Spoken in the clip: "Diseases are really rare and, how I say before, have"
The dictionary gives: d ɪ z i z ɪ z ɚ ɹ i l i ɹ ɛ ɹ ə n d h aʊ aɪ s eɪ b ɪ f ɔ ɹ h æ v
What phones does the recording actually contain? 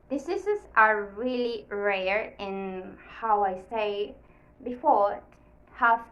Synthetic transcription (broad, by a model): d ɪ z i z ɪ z ɚ ɹ i l i ɹ ɛ ɹ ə n h aʊ aɪ s eɪ b ɪ f ɔ ɹ h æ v